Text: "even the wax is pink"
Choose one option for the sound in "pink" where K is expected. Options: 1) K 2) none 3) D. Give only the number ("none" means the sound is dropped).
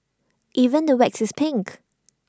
1